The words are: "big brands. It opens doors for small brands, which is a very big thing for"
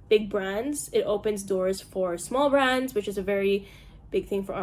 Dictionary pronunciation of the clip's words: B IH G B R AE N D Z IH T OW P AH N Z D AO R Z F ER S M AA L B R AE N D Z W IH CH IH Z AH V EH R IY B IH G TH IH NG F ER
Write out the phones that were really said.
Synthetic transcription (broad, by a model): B IH G B R AE N D Z IH T OW P AH N Z D AO R Z F ER S M AA L B R AE N D Z W IH CH IH Z AH V EH R IY B IH G TH IH NG F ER